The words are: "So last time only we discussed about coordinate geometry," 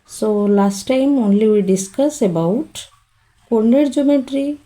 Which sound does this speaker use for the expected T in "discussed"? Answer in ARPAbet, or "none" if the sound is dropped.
none